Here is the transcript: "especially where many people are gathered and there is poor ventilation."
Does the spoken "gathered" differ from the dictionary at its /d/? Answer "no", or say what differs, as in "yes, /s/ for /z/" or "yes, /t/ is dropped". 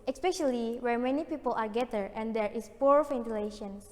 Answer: yes, /d/ is dropped